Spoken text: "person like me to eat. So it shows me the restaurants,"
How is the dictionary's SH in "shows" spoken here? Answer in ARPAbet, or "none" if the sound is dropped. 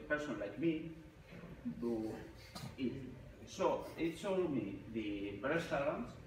S